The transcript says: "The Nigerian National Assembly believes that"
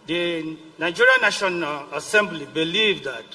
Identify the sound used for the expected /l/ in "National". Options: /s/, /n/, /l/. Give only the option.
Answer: /n/